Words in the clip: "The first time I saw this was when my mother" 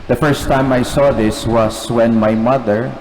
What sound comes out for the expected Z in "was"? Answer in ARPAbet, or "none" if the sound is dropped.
S